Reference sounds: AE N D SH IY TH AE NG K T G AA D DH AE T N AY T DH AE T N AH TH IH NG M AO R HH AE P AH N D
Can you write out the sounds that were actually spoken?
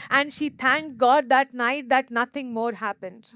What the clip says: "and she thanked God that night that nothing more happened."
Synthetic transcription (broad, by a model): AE N D SH IY T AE NG K G AA D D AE T N AY T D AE T N AH T IH NG M AO R HH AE P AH N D